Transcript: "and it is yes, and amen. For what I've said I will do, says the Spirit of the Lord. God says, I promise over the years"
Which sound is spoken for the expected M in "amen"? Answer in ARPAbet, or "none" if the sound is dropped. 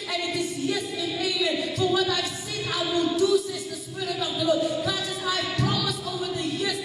none